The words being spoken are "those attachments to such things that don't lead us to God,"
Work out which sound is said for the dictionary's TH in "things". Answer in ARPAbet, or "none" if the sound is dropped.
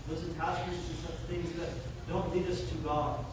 TH